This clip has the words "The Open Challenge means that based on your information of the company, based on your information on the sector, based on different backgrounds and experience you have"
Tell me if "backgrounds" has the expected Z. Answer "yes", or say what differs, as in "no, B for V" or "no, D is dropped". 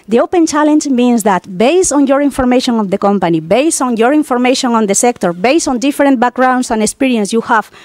no, S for Z